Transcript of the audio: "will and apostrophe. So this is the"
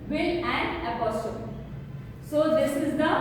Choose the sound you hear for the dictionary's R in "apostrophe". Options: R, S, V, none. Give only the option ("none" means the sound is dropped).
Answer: none